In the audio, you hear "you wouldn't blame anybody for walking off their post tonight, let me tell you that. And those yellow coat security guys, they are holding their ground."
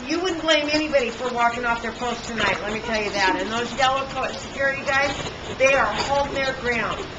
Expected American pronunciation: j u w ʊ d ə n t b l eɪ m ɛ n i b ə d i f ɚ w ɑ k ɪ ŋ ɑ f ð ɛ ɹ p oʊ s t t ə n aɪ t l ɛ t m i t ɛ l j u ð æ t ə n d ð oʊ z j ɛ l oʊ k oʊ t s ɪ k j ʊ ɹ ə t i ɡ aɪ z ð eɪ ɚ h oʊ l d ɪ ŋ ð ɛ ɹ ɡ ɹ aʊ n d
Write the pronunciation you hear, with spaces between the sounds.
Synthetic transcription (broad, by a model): j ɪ w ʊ d n b l eɪ m ɛ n i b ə d i f ɚ w ɑ k ɪ ŋ ɑ f ð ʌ ɹ p oʊ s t t ə n aɪ t l ɛ t m i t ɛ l j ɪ ð æ t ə n ð oʊ z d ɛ l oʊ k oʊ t s ɪ k j ʊ ɹ ə t i ɡ aɪ z ð eɪ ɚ h oʊ l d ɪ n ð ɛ ɹ ɡ ɹ aʊ n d